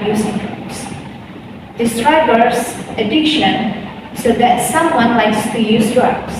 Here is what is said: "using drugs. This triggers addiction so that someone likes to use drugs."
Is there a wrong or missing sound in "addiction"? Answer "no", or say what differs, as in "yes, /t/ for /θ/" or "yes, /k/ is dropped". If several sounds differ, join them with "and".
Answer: no